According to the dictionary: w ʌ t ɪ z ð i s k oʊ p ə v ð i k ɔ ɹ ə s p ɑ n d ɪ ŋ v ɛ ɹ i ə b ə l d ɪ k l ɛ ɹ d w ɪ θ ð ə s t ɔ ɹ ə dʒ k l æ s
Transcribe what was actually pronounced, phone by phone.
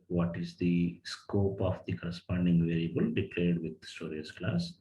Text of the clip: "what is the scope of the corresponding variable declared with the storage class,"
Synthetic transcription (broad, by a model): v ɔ t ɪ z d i s k oʊ p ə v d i k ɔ ɹ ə s p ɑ n d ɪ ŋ v ɛ ɹ i ə b ə l d ɪ k l ɛ ɹ d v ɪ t s t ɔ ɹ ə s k l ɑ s